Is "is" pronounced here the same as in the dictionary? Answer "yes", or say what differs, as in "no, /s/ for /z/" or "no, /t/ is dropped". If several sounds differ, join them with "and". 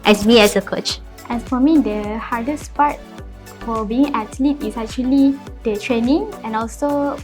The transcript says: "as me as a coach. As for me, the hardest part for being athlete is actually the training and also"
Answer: no, /s/ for /z/